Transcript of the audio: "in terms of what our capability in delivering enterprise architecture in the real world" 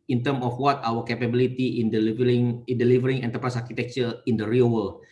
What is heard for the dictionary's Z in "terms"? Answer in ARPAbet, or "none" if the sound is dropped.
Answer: none